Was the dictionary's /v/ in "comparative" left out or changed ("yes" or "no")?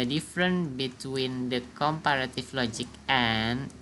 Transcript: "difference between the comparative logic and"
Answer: yes